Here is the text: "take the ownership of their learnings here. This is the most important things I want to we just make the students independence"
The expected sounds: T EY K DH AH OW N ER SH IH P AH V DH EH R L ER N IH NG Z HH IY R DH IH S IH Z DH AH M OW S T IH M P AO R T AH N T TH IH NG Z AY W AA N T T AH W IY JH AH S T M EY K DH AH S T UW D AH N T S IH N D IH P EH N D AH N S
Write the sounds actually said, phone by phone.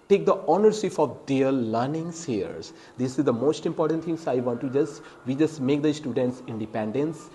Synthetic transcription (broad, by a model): T EY K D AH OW N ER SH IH F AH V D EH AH L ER N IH NG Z HH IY R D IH S IH Z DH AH M OW S T IH M P AO R T AH N T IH NG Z AY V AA N T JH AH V IY JH AH S T M EY K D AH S T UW D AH N T S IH N D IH P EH N D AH N S